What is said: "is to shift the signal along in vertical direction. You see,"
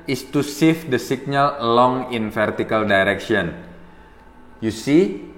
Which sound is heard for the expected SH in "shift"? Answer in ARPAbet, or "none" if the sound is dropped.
S